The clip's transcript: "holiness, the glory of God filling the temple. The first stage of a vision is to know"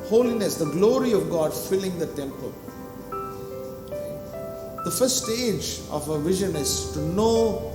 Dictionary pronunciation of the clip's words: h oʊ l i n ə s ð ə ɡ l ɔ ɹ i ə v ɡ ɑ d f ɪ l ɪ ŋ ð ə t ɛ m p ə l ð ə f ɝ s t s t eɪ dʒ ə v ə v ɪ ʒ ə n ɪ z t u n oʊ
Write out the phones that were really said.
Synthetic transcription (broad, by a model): h oʊ l i n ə s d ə ɡ l ɔ ɹ i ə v ɡ ɑ d f ɪ l ɪ ŋ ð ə t ɛ m p ə l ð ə f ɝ t s t eɪ dʒ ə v ə v ɪ ʒ ə n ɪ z t u n oʊ